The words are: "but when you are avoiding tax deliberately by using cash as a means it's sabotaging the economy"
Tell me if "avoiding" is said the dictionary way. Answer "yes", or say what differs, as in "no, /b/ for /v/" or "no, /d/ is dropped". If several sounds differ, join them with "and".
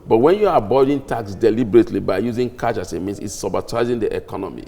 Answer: no, /b/ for /v/